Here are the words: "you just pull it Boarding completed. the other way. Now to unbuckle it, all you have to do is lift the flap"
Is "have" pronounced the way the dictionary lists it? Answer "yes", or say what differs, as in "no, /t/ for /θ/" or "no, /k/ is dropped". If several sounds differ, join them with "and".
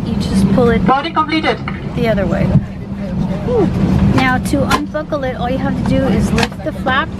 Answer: no, /f/ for /v/